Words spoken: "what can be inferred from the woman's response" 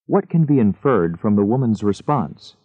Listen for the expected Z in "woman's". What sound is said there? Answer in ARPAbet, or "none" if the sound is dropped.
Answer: Z